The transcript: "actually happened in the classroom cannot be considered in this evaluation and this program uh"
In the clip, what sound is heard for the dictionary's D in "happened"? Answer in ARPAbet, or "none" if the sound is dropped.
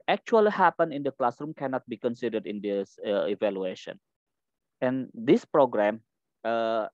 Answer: none